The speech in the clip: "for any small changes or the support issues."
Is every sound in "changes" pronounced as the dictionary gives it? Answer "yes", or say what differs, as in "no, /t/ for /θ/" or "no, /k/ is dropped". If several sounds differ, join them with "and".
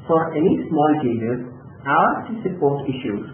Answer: no, /n/ is dropped